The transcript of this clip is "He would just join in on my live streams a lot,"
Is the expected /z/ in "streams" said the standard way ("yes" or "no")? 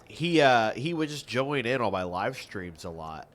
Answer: yes